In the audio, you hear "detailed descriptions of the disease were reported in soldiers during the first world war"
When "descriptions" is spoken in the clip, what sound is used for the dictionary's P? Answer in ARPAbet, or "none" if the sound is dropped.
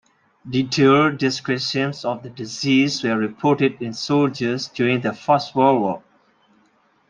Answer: none